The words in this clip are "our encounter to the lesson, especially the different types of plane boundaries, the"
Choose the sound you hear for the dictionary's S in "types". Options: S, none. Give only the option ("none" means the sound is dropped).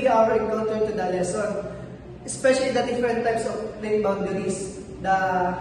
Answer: S